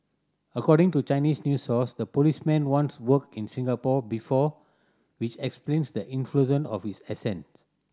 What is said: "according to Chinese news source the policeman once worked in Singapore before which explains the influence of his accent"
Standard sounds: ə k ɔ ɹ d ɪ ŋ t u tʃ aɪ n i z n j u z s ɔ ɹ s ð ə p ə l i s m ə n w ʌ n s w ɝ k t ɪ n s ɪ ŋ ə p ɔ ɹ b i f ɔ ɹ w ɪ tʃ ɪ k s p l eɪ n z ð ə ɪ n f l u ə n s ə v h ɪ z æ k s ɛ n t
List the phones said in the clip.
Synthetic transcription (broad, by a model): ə k ɔ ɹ d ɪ ŋ t u tʃ aɪ n i s n j u s ɔ s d ə p ə l i s m ə n w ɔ n s w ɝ k ɪ n s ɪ ŋ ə p ɔ b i f ɔ w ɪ tʃ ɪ k s p l eɪ n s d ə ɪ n f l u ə n ə f h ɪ s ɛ s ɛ n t